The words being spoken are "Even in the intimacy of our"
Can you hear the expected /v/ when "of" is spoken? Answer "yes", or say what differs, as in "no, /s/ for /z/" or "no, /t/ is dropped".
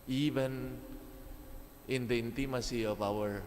no, /p/ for /v/